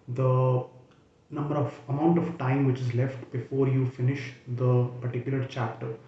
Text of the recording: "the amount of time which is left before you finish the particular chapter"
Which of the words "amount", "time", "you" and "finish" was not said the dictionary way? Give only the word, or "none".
none